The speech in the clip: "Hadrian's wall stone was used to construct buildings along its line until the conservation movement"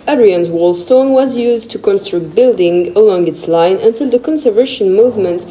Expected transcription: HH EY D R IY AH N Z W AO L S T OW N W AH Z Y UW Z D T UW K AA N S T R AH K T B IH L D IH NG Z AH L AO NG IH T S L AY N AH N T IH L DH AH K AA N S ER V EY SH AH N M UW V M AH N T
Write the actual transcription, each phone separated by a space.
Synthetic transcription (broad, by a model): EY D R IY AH N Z W AO L S T OW N W AH Z Y UW Z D T UW K AA N S T R AH K T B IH L D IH NG AH L AO NG IH T S L AY N AH N T IH L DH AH K AA N S ER V EY SH AH N M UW V M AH N T